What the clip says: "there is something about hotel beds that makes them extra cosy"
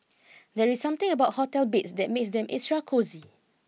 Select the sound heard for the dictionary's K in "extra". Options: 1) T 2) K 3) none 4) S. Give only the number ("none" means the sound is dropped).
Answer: 3